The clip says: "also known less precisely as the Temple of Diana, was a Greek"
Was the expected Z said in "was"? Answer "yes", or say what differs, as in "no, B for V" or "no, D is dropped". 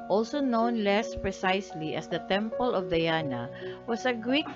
no, S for Z